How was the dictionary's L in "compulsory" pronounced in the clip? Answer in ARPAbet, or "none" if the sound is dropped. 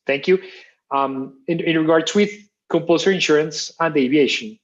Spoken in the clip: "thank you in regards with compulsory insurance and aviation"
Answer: none